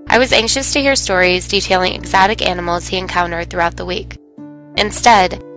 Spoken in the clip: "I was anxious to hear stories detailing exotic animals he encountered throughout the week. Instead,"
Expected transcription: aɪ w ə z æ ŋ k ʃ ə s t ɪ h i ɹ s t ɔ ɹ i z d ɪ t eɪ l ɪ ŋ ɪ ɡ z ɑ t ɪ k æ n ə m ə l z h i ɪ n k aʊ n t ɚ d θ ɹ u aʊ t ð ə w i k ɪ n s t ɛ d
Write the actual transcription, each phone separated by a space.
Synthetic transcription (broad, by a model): aɪ w ə z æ ŋ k ʃ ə s t ɪ h i ɹ s t ɔ ɹ i z d ɪ t eɪ l ɪ ŋ ɪ ɡ z ɑ t ɪ k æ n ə m l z h i ɪ n k aʊ n t ɚ d θ ɹ u aʊ t ð ə w i k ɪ n s t ɛ d